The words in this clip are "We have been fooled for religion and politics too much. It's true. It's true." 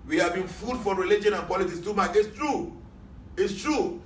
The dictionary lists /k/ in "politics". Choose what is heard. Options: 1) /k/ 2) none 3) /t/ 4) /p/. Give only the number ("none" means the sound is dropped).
2